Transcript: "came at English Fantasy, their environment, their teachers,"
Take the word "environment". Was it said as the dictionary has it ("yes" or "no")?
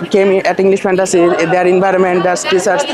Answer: yes